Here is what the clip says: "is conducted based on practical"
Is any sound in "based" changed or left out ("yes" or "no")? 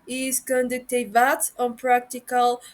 yes